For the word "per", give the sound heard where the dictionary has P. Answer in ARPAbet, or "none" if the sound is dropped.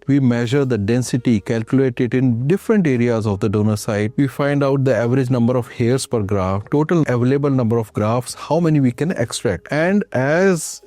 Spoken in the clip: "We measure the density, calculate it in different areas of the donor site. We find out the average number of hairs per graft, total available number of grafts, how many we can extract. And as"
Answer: P